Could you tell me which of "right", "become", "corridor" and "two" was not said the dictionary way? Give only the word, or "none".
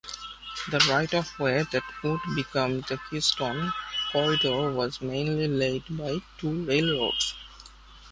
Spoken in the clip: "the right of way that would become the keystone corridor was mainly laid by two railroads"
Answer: corridor